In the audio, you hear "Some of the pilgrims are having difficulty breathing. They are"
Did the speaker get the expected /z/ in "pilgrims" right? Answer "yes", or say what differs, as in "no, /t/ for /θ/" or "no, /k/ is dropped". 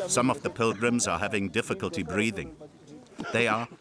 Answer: yes